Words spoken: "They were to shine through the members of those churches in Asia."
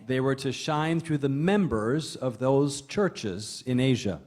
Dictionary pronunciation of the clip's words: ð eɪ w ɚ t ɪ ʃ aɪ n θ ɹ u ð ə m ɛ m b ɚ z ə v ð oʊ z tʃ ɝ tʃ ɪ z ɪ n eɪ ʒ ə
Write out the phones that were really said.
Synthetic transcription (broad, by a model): ð eɪ w ɚ t ɪ ʃ aɪ n θ ɹ u ð ə m ɛ m b ɚ z ə v ð oʊ z tʃ ɝ tʃ ɪ z ɪ n eɪ ʒ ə